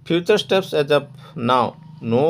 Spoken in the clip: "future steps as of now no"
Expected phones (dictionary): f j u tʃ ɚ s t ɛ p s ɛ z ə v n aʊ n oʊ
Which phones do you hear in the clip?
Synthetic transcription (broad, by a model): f j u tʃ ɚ s t ɛ p s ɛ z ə p n aʊ n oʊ